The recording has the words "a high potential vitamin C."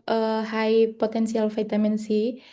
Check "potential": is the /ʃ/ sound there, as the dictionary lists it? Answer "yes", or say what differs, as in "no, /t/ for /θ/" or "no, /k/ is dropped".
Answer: no, /s/ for /ʃ/